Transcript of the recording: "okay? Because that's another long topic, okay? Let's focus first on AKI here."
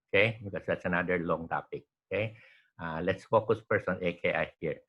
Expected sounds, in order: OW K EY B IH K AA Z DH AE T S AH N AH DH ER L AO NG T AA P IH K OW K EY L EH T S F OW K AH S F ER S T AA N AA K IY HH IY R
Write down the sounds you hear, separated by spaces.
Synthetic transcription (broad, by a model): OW K EY B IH K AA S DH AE T S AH N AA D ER L AO NG T AA P IH K OW K EY L EH T S F OW K AH S P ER S AA N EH K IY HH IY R